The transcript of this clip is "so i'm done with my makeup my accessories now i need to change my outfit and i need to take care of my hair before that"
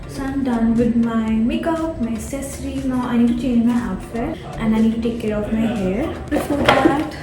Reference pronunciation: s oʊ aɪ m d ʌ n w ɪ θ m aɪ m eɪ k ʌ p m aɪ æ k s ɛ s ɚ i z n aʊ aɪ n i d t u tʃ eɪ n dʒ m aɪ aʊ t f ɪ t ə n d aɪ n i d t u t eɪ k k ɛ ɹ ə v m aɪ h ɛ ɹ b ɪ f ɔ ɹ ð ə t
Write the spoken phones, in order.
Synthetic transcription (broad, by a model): s oʊ aɪ m d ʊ n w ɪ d m aɪ m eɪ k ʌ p m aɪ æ s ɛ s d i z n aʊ aɪ n i d t u tʃ eɪ n dʒ m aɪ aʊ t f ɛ t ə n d aɪ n i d t u t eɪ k k ɛ ɹ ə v m aɪ h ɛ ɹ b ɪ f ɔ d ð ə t